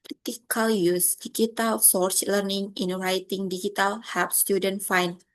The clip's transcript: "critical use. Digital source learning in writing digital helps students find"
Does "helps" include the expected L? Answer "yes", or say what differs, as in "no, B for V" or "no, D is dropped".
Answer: no, L is dropped